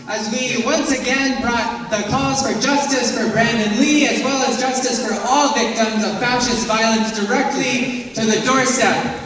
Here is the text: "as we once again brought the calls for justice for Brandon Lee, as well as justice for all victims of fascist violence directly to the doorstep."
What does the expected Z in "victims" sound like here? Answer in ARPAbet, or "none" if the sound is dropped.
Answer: Z